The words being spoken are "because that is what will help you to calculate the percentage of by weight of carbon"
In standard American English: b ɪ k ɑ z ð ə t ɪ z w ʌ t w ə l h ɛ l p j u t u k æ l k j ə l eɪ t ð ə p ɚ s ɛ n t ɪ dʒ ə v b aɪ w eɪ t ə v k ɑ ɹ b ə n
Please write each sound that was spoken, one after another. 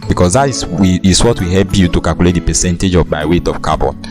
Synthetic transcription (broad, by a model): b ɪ k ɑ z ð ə t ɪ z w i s w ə w h ɛ l p j u t u k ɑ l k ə l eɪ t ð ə p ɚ s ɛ n t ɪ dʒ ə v b aɪ w eɪ t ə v k ɑ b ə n